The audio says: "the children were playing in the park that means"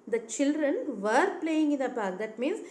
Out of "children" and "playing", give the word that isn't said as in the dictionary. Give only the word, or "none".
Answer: none